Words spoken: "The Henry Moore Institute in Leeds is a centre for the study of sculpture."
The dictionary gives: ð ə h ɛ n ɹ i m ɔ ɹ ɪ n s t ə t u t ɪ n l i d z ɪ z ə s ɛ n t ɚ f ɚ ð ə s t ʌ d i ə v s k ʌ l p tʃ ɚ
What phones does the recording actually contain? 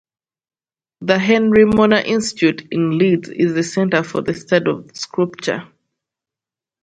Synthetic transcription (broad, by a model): ð ə h ɛ n ɹ i m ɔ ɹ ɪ n s t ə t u t ɪ n l i d z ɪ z ə s ɛ n t ɚ f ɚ ð ə s t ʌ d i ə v s k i p tʃ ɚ